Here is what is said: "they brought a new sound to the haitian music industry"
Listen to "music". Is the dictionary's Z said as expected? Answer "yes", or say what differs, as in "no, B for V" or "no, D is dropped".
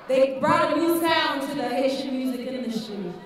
yes